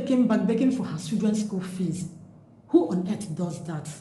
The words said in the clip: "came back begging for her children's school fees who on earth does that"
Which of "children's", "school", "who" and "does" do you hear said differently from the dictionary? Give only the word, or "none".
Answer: children's